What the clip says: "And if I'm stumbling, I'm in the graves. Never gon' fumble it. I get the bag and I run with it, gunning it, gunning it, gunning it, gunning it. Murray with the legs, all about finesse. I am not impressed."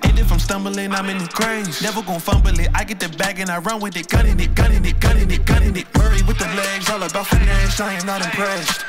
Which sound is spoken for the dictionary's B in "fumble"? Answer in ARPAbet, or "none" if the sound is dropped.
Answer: B